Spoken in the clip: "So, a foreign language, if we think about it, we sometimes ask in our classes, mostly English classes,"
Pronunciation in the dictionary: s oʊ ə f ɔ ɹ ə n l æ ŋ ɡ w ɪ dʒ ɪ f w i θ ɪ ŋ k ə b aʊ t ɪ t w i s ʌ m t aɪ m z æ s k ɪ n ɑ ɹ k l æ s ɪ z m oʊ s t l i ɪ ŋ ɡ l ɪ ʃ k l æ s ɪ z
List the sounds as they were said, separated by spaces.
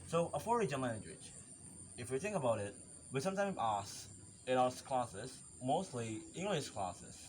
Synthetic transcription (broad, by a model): s oʊ ə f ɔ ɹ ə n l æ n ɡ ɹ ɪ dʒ ɪ f w i θ ɪ ŋ k ə b aʊ t ɪ t w i s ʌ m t aɪ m æ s ɪ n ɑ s k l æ s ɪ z m oʊ s t l i ɪ ŋ ɡ l ɪ ʃ k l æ s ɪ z